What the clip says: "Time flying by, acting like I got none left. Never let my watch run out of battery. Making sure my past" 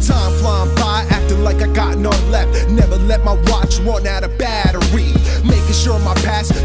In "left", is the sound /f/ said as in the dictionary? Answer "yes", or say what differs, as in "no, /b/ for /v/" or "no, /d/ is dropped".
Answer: yes